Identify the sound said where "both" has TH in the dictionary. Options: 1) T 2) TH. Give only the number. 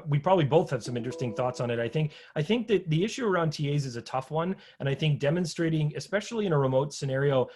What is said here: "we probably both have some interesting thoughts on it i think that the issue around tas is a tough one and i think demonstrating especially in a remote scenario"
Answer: 2